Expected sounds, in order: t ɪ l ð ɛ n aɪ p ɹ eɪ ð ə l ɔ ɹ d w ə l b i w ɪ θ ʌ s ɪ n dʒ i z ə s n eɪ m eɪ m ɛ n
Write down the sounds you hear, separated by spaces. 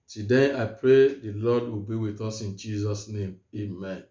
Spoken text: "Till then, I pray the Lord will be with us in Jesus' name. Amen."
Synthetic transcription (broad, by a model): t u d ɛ aɪ p ɹ eɪ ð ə l ɔ d w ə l b i w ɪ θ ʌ s ɪ n dʒ i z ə s n eɪ m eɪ m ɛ n